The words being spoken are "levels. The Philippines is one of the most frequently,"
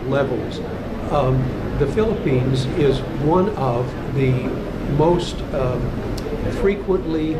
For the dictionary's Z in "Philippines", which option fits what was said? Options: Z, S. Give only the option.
Z